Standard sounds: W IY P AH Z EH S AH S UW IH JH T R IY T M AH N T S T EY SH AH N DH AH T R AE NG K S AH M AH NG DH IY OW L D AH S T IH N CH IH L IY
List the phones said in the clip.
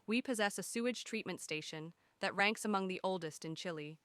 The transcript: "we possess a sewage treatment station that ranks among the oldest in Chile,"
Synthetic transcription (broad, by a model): W IY P AH Z EH S AH S UW IH JH T R IY T M AH N T S T EY SH AH N DH AH T R AE NG K S AH M AH NG DH IY OW L D AH S T IH N CH IH L IY